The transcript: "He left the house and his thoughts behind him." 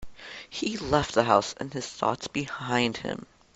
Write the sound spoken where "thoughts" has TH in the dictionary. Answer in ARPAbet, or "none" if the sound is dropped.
TH